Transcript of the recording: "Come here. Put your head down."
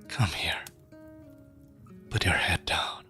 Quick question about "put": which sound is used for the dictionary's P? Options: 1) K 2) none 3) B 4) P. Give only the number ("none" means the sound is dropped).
3